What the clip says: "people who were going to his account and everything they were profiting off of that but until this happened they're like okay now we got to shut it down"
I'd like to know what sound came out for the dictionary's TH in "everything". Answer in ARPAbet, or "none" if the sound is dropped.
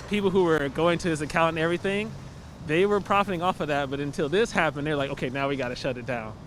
TH